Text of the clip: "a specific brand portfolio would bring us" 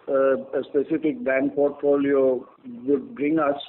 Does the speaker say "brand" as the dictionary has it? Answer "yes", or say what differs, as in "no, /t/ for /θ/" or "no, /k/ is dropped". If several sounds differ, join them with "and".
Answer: no, /ɹ/ is dropped